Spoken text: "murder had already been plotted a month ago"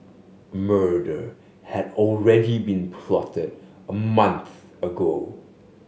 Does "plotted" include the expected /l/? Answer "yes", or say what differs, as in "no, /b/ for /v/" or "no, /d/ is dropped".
yes